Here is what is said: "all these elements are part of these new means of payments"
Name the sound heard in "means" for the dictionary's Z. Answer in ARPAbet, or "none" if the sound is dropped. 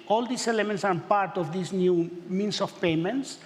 S